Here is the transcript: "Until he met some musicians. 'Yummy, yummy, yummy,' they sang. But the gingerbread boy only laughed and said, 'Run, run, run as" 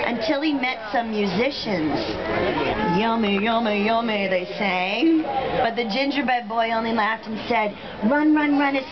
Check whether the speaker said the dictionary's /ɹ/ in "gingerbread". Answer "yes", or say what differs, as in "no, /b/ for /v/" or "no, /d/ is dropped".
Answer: no, /ɹ/ is dropped